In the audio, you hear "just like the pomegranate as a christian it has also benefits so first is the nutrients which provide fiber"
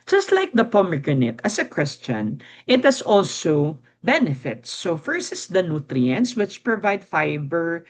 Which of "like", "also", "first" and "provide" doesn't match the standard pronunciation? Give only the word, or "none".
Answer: first